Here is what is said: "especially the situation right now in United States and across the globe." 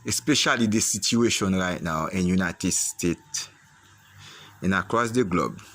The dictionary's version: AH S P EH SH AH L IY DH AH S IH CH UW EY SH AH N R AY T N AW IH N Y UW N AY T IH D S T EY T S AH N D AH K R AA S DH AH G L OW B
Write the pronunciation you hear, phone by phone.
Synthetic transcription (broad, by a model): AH S P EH SH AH L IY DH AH S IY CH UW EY SH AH N R AY T N AW IH N Y UW N AY T IH D S T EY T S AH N AH K R AA S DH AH G L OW B